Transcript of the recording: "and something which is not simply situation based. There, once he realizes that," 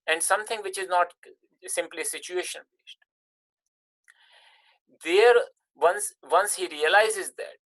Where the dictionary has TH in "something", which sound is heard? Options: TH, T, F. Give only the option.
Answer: T